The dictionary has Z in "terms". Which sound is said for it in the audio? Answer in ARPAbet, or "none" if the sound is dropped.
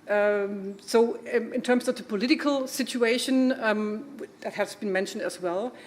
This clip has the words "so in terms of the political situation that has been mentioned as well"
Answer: S